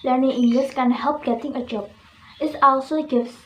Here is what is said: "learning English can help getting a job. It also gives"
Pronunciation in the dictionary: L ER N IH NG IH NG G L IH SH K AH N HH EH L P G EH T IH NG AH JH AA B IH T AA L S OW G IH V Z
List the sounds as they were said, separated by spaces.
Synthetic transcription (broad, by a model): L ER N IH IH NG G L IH S K AH N HH EH L P G EH T IH NG AH JH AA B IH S AA L S OW G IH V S